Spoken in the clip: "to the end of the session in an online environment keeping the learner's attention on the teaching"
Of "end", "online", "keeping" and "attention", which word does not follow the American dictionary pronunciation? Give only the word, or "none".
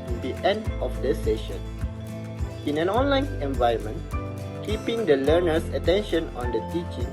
none